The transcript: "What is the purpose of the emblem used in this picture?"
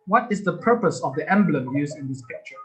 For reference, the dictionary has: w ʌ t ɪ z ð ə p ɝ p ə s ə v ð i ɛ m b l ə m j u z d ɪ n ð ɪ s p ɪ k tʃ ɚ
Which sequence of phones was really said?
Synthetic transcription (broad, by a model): w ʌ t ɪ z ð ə p ɝ p ə s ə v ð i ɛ m b l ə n j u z ɪ n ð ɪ s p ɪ k tʃ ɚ